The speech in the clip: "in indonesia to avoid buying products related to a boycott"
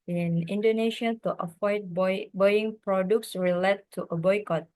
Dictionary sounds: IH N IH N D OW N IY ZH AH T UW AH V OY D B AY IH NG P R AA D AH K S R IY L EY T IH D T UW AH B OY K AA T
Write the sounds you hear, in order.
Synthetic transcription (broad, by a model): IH N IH N D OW N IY SH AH T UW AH F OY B B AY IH NG P R AA D AH K S R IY L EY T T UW AH B OY K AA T